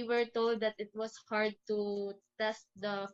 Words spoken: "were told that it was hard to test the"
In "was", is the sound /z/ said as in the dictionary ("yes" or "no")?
no